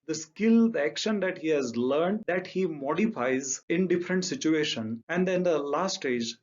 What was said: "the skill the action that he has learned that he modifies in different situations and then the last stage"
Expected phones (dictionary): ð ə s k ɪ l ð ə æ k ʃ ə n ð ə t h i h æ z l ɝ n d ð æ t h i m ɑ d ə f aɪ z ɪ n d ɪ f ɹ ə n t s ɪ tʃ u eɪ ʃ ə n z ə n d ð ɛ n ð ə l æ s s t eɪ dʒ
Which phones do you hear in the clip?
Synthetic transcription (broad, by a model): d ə s k ɪ l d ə æ k ʃ ə n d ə t h i h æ z l ɝ n d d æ t h i m ɑ d ə f aɪ z ɪ n d ɪ f ɹ ə n t s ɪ tʃ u eɪ ʃ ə n ə n d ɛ n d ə l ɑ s s t eɪ dʒ